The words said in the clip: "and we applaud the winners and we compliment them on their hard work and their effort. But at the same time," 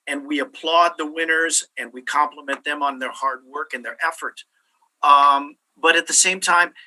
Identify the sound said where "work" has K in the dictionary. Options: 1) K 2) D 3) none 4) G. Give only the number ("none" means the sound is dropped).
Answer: 1